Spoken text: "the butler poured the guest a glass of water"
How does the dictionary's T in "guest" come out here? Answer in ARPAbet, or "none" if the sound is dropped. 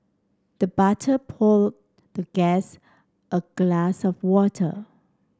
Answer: T